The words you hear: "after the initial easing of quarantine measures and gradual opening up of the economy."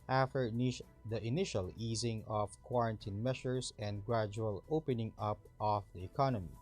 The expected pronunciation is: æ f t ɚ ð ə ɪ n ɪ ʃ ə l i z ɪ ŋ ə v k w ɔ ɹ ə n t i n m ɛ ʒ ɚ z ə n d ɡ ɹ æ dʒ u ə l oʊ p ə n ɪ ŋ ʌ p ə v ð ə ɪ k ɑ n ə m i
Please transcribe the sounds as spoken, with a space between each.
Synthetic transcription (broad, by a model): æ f t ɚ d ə ɪ n ɪ ʃ ə l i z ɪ ŋ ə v k w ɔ ɹ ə n t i n m ɛ ʃ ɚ s ə n d ɡ ɹ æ dʒ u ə l oʊ p ə n ɪ ŋ ʌ p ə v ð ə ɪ k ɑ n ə m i